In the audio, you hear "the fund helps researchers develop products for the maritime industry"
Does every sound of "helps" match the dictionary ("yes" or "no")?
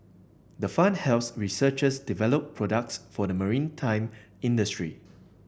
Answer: no